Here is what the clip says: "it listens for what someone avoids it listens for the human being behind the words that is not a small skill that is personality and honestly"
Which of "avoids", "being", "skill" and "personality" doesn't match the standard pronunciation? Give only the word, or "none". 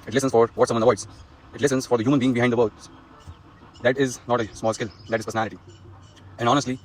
avoids